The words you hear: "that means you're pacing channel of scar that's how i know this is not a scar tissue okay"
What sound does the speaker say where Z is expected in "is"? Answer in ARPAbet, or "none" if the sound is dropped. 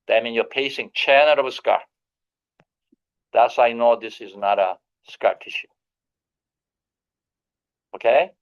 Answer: Z